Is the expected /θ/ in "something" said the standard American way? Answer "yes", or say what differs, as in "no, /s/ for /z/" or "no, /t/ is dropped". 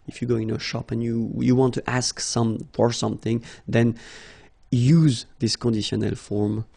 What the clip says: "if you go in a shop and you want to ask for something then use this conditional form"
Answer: yes